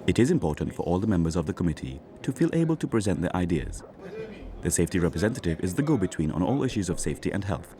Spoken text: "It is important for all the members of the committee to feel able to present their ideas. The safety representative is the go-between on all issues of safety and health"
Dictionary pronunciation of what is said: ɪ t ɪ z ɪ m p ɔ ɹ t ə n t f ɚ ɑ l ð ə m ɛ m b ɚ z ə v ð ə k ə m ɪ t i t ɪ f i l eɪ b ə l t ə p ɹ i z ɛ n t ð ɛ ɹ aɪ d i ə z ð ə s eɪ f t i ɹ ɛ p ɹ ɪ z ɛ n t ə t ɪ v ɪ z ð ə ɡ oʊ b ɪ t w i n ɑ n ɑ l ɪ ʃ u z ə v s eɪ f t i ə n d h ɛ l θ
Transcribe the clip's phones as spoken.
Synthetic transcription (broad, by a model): ɪ t ɪ z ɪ m p ɔ ɹ t n t f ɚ ɑ l ð ə m ɛ m b ɚ z ə v ð ə k ə m ɪ t i t ɪ f i l eɪ b ə l t ə p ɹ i z ɛ n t ð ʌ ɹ aɪ d i ə z ð ə s eɪ f t i ɹ ɛ p ɹ ɪ z ɛ n t ə t ɪ v ɪ z ð ə ɡ oʊ b ɪ t w i n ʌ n ɑ l ɪ ʃ u z ə v s eɪ f t i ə n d h ɛ l θ